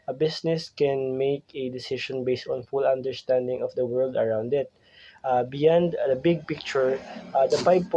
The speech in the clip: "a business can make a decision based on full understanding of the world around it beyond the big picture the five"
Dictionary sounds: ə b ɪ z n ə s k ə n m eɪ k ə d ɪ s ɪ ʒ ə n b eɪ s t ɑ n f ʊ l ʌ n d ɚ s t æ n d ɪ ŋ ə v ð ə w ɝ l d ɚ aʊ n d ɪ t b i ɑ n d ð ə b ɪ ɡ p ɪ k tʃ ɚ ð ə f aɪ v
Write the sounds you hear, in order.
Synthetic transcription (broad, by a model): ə b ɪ s n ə s k ə n m eɪ k ə d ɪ s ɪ ʃ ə n b eɪ s t ɑ n f ʊ l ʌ n d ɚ s t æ n d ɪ ŋ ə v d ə w ɝ l d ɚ aʊ n d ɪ t b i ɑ n d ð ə b ɪ ɡ p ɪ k tʃ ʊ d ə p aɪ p